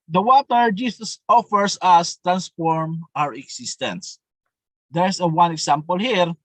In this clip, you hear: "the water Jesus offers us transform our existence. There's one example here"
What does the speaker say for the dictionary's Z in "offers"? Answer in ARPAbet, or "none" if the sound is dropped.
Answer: S